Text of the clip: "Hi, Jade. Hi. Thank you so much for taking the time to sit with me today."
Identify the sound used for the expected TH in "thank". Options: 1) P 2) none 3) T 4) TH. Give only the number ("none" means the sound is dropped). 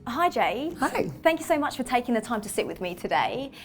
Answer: 4